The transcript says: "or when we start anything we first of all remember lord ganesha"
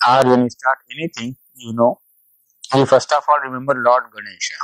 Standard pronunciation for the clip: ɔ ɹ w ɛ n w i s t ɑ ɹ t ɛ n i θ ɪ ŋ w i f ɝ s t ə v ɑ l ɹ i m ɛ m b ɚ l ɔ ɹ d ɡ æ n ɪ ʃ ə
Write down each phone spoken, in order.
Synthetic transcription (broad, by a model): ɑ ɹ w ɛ n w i s t ɑ ɹ t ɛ n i t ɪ ŋ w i f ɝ s t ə f ɑ l ɹ i m ɛ m b ɚ l ɔ ɹ d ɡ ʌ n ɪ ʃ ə